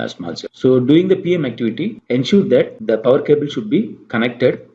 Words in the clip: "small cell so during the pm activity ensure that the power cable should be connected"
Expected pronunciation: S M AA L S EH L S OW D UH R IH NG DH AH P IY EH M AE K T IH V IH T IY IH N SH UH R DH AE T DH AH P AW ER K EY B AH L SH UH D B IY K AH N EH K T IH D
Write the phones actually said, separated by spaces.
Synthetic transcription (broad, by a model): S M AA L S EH S OW D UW IH NG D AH P IY EH M AE K T IH V IH T IY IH N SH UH R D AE T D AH P AW ER K EY B AH L SH UH D B IY K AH N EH K T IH D